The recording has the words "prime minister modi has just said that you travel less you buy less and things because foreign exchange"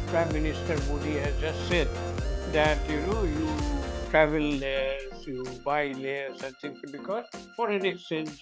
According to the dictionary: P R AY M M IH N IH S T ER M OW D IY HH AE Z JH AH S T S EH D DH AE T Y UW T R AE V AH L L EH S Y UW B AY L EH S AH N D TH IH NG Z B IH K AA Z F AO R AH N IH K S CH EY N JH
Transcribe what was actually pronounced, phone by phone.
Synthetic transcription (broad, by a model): P R AY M M IH N IH S T ER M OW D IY HH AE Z JH AH S T S EH D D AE T Y UW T R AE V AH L L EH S Y UW B AY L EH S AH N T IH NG B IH K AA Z F AO R AH N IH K S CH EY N